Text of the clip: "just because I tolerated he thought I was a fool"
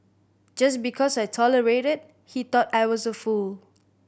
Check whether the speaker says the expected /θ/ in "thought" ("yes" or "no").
no